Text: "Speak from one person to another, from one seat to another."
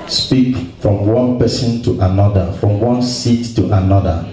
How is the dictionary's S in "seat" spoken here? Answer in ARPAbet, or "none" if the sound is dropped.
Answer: S